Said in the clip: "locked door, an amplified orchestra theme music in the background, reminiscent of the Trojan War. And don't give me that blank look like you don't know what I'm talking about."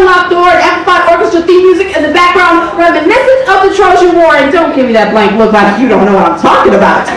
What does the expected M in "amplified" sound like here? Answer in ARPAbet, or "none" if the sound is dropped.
none